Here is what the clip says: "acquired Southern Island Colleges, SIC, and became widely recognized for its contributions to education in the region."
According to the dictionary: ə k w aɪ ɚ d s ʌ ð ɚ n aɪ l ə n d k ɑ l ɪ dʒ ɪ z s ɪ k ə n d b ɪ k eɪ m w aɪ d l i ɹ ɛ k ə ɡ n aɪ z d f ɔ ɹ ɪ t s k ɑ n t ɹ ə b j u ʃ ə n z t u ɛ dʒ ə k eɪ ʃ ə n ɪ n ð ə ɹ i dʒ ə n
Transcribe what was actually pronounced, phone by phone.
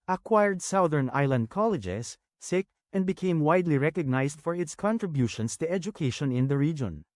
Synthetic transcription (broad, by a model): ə k w aɪ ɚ d s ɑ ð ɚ n aɪ l ə n d k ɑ l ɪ dʒ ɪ s ɪ k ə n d b ɪ k eɪ m w aɪ d l i ɹ ɛ k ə ɡ n aɪ s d f ɔ ɹ ɪ t s k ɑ n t ɹ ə b j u ʃ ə n s t u ɛ dʒ ə k eɪ ʃ ə n ɪ n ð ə ɹ i dʒ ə n